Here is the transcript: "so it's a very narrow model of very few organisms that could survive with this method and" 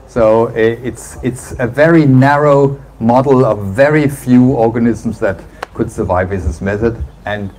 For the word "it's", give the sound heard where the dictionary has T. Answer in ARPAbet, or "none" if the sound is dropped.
T